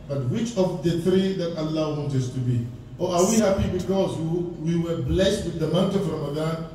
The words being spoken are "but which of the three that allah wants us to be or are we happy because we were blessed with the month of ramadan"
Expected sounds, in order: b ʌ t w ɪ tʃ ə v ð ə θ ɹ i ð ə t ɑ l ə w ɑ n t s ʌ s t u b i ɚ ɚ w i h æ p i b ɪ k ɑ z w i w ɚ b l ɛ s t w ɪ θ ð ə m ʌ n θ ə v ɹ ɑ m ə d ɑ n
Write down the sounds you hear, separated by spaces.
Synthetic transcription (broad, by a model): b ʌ t w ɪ tʃ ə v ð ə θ ɹ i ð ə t ɑ l ə w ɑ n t ʌ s t u b i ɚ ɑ w i h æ p i b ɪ k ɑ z w i w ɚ b l ɛ s t w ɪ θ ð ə m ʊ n t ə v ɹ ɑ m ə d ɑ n